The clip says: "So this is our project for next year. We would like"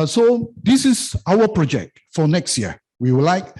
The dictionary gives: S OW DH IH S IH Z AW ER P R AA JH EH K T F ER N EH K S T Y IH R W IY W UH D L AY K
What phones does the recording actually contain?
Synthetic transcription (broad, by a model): S OW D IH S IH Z AW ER P R AA JH EH K T F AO N EH K S T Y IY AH W IY W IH L AY K